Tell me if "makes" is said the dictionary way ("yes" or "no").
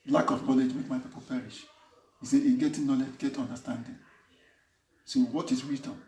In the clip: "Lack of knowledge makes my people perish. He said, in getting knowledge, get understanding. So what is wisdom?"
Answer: no